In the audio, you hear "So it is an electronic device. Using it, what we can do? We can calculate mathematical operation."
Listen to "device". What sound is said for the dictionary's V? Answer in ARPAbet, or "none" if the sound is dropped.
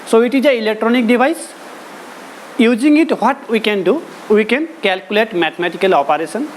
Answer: B